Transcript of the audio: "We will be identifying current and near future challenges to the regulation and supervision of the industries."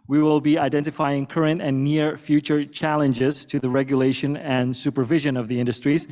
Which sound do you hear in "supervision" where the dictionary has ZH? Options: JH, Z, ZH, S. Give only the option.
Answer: ZH